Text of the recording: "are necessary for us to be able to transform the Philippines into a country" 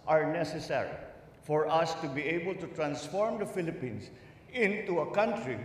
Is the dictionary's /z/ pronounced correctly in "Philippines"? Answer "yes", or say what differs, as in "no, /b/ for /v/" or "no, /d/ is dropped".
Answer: no, /s/ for /z/